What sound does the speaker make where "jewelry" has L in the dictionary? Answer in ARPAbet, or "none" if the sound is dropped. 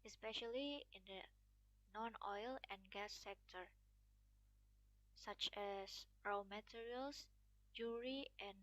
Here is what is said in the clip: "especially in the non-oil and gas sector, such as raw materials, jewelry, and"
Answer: none